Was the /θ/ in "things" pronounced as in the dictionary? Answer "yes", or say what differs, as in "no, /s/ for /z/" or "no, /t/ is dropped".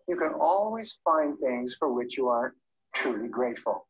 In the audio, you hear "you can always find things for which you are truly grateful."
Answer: yes